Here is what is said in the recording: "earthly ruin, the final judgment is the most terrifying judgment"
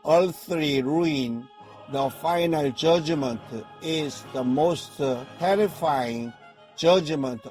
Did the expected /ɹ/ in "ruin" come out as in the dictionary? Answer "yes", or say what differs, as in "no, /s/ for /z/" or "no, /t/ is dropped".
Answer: yes